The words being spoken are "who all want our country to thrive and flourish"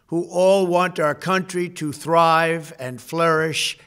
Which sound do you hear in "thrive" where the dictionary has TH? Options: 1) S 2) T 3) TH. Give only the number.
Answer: 3